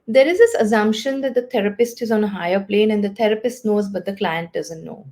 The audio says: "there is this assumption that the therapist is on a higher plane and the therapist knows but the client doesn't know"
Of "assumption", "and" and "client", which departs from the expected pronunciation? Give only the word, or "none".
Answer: none